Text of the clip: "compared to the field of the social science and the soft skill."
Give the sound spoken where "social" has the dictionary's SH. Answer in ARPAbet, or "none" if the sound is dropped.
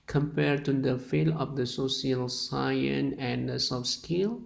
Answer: S